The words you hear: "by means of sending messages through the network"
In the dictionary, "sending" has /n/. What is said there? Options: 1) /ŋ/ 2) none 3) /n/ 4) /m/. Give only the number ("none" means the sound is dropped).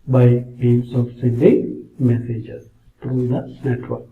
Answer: 2